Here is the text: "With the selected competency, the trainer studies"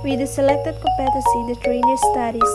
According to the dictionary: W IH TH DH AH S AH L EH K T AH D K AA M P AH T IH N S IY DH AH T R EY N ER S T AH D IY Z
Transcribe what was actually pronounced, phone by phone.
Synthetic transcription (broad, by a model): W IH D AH S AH L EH K T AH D K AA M P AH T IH S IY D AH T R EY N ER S T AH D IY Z